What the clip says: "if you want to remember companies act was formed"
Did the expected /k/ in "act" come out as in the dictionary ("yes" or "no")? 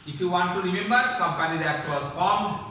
no